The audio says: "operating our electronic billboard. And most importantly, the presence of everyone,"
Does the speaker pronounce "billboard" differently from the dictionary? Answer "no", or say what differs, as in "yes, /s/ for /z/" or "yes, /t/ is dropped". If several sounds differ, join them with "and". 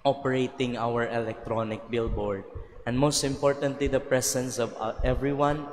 no